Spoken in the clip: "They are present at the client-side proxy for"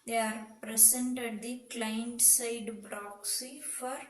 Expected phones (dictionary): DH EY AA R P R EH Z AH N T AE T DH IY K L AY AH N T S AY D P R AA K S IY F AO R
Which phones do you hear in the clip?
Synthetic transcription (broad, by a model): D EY AA R P R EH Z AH N T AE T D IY K L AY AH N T S AY D B R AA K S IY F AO R